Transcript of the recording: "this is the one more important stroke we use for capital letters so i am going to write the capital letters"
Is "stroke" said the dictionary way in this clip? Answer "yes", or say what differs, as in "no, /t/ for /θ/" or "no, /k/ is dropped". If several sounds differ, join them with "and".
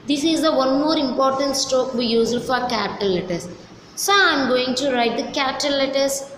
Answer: no, /ɹ/ is dropped